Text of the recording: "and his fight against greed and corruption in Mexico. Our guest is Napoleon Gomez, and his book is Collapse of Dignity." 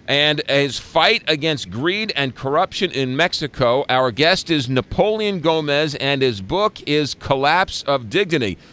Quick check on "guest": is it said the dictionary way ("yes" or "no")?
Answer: yes